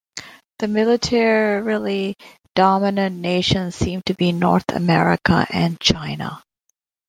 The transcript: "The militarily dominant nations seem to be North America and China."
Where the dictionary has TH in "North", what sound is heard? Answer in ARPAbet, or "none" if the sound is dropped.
TH